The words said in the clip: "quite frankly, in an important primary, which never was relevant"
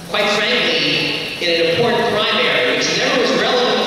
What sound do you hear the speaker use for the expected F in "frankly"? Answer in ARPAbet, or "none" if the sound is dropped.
F